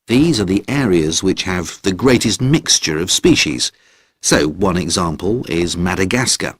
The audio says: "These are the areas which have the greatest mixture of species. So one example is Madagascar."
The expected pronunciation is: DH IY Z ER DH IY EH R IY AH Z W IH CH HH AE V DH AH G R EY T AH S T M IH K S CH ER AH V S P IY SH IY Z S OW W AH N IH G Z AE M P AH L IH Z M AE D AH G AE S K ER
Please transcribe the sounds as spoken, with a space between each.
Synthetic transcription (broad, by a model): DH IY Z ER DH IY EH R IY AH Z W IH CH HH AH V DH AH G R EY T AH S T M IH K S CH ER AH V S P IY SH IY Z S OW W AH N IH G Z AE M P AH L IH Z M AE D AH G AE S K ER